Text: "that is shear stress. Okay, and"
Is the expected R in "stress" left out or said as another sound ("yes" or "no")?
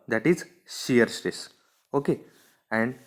yes